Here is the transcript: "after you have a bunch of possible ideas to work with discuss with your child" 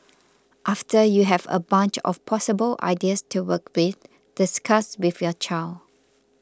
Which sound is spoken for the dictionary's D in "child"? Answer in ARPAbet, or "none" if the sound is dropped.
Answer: none